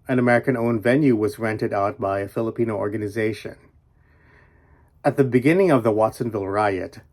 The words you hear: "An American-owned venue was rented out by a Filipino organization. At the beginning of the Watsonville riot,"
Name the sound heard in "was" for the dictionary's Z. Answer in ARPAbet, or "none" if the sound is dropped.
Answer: Z